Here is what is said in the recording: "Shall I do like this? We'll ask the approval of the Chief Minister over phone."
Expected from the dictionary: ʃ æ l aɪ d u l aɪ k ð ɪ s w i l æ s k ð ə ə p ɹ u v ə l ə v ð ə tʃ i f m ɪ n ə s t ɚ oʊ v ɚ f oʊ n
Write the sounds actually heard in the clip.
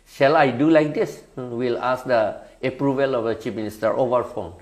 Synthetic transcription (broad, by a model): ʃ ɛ l aɪ d u l aɪ k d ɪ s w i l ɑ s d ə ə p ɹ u v ə l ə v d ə tʃ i p m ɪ n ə s t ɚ oʊ v ɚ f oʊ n